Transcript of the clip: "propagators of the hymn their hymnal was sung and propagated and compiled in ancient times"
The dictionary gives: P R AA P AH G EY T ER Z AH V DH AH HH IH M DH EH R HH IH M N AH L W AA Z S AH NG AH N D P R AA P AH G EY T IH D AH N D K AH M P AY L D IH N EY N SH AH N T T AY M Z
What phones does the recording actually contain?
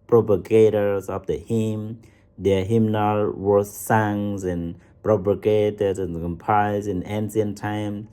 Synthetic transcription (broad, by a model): P R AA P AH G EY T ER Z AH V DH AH HH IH M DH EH HH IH M N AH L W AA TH S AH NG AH N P R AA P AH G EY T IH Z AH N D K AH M P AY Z IH N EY N S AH N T T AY M